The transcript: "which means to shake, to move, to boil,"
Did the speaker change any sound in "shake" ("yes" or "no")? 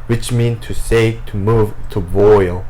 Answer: yes